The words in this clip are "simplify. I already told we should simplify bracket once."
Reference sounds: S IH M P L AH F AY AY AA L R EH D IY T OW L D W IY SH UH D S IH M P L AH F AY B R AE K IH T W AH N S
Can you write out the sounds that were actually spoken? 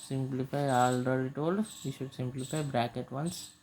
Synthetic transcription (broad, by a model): S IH M P L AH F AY AY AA L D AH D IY T OW L D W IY SH UH D S IH M P L AH F AY B R AE K IH T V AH N S